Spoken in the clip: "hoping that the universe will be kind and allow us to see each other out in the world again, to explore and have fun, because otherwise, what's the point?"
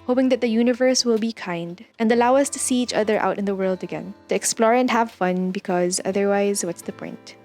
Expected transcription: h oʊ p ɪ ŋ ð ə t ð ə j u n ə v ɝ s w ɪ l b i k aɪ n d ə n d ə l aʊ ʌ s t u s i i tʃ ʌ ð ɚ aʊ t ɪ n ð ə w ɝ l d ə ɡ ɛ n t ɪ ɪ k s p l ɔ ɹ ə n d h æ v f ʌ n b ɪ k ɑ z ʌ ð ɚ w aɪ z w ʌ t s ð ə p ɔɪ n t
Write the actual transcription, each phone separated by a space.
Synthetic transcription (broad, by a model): h oʊ p ɪ ŋ ð ə t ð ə j u n ə v ɝ s w ɪ l b i k aɪ n d ə n d ə l aʊ ʌ s t u s i i tʃ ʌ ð ɚ aʊ t ɪ n ð ə w ɝ l d ə ɡ ɛ n t ɪ ɪ k s p l ɔ ɹ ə n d h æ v f ʌ n b ɪ k ɑ z ʌ ð ɚ w aɪ z w ʌ t s ð ə p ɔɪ n t